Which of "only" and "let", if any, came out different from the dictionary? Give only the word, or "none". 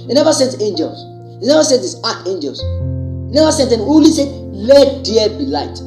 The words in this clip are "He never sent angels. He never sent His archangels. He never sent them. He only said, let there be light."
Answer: only